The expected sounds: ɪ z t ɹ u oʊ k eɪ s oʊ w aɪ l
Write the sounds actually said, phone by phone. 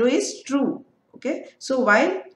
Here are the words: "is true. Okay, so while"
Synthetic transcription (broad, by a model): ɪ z t ɹ u oʊ k eɪ s oʊ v aɪ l